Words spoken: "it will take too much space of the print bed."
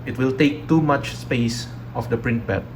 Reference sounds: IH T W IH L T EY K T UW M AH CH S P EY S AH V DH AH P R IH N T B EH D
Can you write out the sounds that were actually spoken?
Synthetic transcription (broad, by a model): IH T W IH L T EY K T UW M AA CH S P EY S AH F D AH P R IH N T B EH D